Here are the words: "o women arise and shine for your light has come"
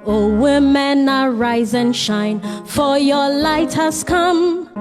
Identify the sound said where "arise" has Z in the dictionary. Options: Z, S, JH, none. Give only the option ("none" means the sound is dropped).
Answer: Z